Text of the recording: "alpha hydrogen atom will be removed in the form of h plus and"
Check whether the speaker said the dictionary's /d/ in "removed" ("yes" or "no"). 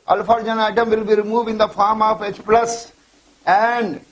no